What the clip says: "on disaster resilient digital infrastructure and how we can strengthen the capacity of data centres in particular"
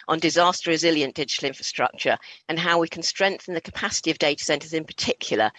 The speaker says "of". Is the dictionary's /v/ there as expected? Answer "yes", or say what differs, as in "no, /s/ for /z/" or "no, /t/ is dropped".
yes